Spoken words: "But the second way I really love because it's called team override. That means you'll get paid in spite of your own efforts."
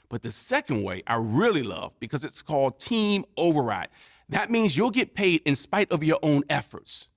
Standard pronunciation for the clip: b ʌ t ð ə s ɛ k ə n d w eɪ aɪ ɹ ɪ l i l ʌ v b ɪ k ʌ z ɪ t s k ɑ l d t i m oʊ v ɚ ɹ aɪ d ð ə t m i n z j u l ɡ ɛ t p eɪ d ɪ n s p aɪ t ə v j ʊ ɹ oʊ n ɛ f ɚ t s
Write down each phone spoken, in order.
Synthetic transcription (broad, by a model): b ʌ t ð ə s ɛ k ə n d w eɪ aɪ ɹ ɪ l i l ʌ v b ɪ k ʌ z ɪ t s k ɑ l d t i m oʊ v ɚ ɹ aɪ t ð ə t m i n z j u l ɡ ɛ t p eɪ d ɪ n s p aɪ t ə v j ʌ ɹ oʊ n ɛ f ɚ t s